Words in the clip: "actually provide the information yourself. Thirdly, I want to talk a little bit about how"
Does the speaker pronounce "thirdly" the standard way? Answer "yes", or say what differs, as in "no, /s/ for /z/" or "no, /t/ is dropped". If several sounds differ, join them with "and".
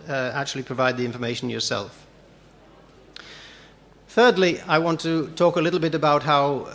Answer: yes